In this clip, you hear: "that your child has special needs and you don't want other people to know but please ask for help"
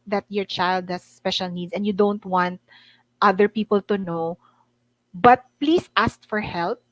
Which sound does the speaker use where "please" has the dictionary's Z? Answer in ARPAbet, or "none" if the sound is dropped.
S